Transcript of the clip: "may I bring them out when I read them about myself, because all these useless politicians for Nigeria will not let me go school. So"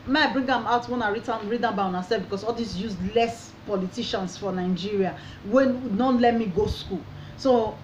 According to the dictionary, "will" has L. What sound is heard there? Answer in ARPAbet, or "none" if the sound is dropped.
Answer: W